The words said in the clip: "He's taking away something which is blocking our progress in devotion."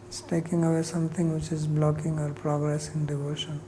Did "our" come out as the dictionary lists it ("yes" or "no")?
yes